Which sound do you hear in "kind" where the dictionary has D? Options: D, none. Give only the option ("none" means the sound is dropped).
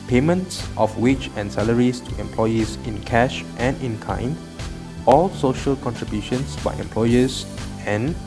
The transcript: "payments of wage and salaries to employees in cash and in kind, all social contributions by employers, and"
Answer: none